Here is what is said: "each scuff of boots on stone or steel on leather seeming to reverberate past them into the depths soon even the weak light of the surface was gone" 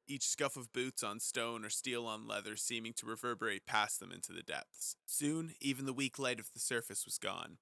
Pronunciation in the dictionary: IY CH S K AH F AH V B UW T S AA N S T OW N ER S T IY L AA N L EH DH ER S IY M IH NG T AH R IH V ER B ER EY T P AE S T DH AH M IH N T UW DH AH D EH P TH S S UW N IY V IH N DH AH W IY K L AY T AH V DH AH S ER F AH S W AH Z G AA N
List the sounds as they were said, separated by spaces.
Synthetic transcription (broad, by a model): IY CH S K AH F AH V B UW T S N S T OW N ER S T IY L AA N L EH DH ER S IY M IH NG T AH R IH V ER B ER EY T P AE S DH AH M IH N T UW DH AH D EH P TH S S UW N IY V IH N DH AH W IY K L AY T AH V DH AH S ER F AH S W AH Z G AA N